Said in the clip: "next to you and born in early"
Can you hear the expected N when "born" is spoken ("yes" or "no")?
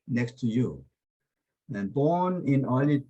yes